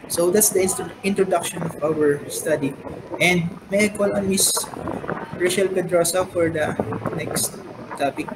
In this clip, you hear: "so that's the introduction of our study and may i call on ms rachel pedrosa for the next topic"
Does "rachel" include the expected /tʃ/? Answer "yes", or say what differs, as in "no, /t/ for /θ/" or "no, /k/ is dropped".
no, /ʃ/ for /tʃ/